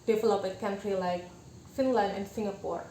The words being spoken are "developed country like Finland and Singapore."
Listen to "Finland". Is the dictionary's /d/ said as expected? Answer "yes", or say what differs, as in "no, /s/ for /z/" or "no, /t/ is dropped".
no, /d/ is dropped